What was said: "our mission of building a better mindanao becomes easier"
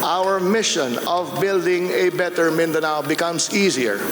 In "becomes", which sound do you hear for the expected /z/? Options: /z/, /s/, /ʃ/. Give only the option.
/s/